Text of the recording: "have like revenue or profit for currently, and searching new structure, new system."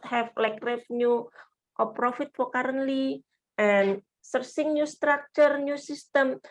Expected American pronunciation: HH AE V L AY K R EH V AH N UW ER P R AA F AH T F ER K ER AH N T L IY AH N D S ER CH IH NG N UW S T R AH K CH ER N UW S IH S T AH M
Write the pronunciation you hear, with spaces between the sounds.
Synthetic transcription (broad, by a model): HH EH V L AY K R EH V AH N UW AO P R AA F AH T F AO K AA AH N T L IY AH N S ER S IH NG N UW S T R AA K CH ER N UW S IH S T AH M